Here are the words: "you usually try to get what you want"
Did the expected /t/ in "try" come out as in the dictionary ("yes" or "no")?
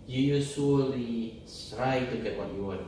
no